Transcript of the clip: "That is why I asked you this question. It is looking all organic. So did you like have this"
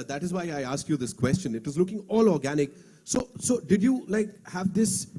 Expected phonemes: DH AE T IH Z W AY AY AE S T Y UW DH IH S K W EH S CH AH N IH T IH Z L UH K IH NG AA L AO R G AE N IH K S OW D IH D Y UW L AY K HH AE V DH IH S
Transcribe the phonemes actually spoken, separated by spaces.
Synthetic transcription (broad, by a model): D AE T IH Z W AY AY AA S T Y UW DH IH S K W EH S CH AH N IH T IH Z L UH K IH NG AA L AO R G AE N IH K S OW D IH D Y UW L AY K HH AE V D IH S